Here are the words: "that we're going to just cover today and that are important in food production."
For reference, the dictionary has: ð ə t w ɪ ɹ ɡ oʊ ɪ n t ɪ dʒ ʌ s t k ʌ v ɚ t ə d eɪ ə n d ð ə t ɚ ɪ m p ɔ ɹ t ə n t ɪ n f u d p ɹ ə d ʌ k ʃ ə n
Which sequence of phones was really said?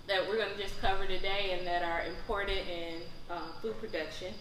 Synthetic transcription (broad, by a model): ð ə t w ɪ ɹ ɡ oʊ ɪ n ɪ dʒ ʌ s k ʌ v ɚ t ə d eɪ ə n ð ə t ɚ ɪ m p ɔ ɹ t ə t ɪ n f u d p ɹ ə d ʌ k ʃ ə n